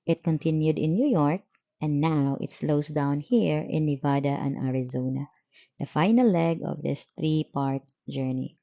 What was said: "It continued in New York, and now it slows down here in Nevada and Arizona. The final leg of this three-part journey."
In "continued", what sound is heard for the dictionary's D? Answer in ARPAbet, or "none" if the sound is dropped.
D